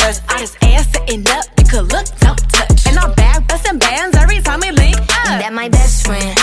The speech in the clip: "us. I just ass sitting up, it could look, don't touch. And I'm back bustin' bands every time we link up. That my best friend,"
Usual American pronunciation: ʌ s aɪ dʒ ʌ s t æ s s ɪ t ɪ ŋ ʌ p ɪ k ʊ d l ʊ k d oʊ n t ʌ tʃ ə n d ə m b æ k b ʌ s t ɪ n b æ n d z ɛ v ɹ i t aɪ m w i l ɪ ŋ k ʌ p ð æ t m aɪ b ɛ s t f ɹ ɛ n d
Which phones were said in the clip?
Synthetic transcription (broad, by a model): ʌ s aɪ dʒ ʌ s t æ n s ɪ t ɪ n ʌ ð ɪ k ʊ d l ʊ k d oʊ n t ʌ tʃ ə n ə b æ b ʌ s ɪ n b æ n d z ɛ v ɹ i t aɪ m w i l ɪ k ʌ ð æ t m aɪ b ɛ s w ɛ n